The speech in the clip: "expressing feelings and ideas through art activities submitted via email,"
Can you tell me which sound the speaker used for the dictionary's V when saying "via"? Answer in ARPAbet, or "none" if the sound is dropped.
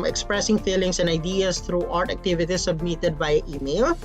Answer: B